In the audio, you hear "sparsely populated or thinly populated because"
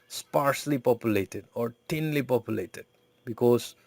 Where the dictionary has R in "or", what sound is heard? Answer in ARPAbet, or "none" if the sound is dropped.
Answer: R